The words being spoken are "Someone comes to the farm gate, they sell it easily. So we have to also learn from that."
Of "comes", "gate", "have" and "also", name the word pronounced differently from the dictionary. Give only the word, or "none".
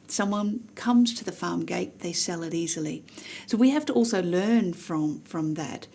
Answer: have